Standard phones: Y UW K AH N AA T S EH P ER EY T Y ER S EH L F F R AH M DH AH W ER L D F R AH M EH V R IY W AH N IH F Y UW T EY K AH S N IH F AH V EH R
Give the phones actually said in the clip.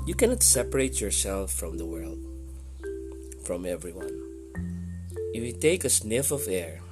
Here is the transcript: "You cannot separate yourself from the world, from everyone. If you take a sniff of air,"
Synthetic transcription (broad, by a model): Y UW K AH N AA T S EH P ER EY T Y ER S EH L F F R AH M DH AH W ER L D F R AH M EH V R IY W AH N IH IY T EY K AH S N IH F AH V EH R